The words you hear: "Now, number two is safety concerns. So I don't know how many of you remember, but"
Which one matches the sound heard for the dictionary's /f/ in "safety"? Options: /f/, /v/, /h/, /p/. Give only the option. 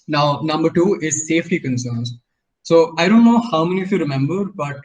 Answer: /f/